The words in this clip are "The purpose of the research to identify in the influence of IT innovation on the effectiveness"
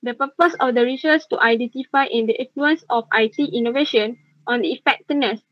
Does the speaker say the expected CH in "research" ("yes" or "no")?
no